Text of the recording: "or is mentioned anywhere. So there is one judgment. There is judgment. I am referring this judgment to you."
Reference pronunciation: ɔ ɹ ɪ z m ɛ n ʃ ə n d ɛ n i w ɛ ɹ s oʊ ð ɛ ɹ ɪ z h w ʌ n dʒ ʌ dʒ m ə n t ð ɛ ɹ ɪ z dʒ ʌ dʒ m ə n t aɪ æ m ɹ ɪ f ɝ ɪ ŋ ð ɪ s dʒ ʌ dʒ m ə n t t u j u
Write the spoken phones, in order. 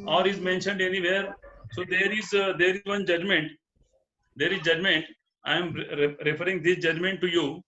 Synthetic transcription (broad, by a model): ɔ ɹ ɪ z m ɛ n ʃ ə n d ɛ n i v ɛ ɹ s oʊ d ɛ ɹ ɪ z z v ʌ n dʒ ʌ dʒ m ə n t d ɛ ɹ ɪ z dʒ ʌ dʒ m ə n t aɪ m ɹ ɪ f ɝ ɪ ŋ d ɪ s dʒ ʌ dʒ m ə n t t u j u